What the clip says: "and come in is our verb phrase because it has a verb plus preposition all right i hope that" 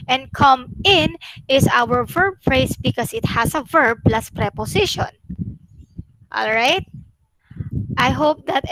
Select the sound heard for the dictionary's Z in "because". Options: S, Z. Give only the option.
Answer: S